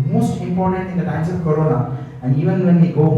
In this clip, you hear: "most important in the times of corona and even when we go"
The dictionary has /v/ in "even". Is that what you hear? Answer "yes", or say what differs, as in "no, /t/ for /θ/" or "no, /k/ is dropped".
yes